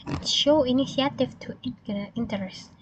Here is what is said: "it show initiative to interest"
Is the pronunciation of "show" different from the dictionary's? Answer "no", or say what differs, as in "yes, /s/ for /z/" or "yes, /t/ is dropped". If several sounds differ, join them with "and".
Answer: no